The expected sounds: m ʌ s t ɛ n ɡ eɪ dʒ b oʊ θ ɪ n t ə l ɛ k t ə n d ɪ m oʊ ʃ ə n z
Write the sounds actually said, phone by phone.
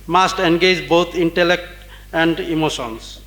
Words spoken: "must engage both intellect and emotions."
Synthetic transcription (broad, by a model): m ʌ s t ɛ n ɡ eɪ dʒ b oʊ t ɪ n t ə l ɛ k t ə n d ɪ m oʊ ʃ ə n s